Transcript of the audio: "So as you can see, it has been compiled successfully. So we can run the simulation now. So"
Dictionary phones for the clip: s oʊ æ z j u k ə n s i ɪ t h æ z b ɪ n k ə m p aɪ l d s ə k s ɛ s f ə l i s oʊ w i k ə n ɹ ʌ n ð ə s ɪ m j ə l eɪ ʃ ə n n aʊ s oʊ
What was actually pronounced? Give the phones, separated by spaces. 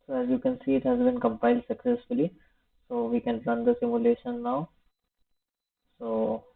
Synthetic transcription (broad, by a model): s oʊ æ z j u k ə n s i ɪ t h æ z b ɪ n k ə m p aɪ l d s ə k s ɛ s f ə l i s oʊ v i k ə n l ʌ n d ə s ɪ m j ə l eɪ ʃ ə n n aʊ s oʊ